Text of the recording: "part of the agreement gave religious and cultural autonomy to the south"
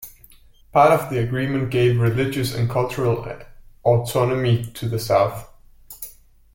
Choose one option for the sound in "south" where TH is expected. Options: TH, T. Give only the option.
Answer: TH